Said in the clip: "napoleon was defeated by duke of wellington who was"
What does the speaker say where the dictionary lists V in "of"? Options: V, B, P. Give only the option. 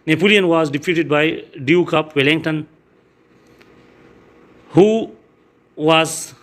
P